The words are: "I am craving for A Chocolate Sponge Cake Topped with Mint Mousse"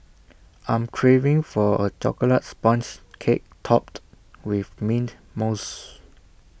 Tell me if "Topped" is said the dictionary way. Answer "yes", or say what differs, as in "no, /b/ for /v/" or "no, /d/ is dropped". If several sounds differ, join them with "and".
yes